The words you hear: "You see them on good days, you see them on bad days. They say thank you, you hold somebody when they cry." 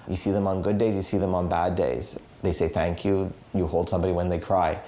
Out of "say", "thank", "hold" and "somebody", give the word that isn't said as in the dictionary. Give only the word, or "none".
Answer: none